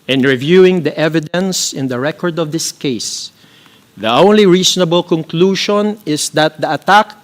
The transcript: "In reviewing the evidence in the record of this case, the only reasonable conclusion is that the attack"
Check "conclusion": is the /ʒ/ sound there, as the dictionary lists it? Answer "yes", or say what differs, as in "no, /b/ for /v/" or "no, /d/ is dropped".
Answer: no, /ʃ/ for /ʒ/